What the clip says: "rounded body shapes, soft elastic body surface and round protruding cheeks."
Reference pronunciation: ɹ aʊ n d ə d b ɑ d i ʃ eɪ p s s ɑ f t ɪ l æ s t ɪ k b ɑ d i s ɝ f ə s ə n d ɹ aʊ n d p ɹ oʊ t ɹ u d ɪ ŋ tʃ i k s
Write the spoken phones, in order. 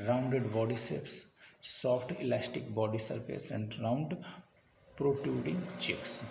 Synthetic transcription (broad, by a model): ɹ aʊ n d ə d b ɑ d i s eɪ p s s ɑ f t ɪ l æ s t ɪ k b ɑ d i s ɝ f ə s ə n d ɹ aʊ n d p ɹ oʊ t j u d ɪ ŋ tʃ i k s